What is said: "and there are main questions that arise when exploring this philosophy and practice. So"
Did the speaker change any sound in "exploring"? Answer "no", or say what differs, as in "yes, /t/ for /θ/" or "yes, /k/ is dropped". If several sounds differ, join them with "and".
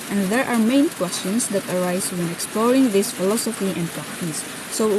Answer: no